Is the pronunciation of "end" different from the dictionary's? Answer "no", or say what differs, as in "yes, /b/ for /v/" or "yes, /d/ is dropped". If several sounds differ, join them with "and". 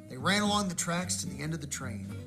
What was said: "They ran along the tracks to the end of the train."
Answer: no